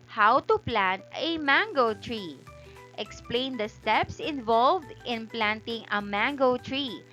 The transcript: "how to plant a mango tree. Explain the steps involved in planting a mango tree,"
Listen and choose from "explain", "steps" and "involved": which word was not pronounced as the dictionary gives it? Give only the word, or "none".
none